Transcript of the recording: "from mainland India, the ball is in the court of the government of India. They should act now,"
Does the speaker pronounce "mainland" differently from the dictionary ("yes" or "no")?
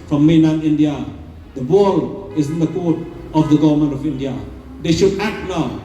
yes